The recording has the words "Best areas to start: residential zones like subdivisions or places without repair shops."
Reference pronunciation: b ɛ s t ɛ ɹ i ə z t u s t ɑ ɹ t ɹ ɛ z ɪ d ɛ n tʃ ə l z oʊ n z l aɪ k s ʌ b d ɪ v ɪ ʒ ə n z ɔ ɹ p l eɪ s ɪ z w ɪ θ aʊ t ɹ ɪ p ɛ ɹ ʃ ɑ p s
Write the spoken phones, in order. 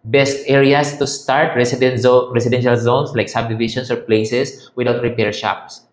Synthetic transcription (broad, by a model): b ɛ s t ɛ ɹ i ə s t u s t ɑ ɹ t ɹ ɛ s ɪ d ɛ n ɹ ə l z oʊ n s l aɪ k s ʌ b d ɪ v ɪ ʃ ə n s ɔ ɹ p l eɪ s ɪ s w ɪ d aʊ t ɹ ɪ p ɛ ɹ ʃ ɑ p s